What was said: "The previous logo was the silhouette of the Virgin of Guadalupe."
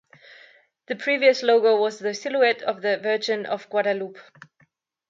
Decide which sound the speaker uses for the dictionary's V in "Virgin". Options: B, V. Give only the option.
V